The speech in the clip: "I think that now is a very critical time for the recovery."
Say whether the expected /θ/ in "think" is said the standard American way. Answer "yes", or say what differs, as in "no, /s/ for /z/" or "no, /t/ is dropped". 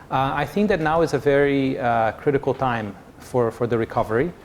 yes